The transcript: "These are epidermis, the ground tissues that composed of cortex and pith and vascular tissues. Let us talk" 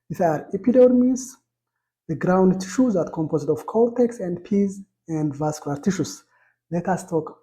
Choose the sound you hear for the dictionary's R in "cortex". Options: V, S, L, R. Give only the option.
L